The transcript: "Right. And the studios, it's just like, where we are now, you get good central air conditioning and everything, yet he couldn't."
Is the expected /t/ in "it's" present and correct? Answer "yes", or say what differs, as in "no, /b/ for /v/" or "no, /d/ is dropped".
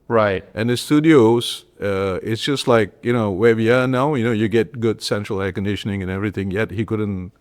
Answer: yes